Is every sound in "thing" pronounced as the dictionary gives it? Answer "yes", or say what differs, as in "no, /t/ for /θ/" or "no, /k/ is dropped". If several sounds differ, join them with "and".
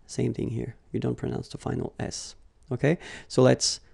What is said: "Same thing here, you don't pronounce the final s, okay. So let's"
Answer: yes